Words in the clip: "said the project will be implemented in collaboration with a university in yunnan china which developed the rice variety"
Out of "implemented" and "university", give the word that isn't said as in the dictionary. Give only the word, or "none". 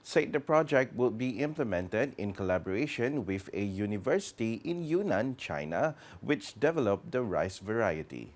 none